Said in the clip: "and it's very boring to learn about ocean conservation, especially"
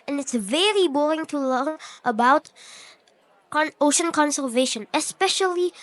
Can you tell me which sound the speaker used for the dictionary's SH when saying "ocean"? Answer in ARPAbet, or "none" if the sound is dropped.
SH